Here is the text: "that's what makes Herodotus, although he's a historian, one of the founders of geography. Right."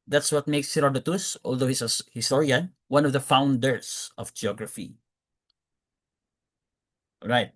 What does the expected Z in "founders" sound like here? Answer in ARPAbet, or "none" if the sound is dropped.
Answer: S